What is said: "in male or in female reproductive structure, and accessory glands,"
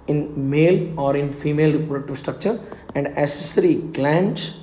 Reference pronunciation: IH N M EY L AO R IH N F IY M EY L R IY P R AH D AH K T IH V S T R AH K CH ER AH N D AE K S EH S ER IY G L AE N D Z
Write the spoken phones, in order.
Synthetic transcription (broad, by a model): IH N M EY L AO R IH N F IY M EY L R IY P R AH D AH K T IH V S T R AH K CH ER AH N D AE S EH S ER IY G L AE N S